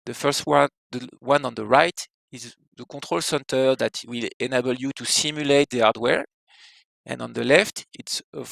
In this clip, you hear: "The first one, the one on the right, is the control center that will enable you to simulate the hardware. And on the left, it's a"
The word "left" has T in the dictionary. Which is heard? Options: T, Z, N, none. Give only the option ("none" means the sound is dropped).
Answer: T